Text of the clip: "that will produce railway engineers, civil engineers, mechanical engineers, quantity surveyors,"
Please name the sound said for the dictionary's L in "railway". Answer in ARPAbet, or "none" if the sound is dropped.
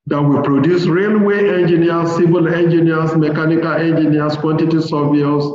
L